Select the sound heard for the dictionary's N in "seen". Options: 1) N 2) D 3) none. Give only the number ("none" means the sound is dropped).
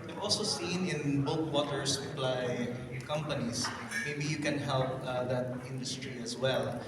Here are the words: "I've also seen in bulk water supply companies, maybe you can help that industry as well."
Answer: 1